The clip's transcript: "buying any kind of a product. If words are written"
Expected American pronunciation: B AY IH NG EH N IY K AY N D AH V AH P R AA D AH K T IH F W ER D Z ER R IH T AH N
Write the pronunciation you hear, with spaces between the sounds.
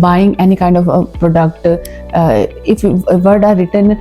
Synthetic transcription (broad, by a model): B AY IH NG EH N IY K AY N D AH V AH P R AA D AH K T IH F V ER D ER R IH T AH N